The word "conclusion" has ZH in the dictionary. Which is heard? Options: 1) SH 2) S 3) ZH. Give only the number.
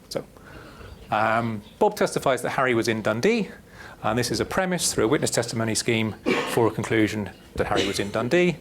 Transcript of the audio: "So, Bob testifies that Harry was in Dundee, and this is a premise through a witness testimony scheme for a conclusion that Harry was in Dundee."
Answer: 3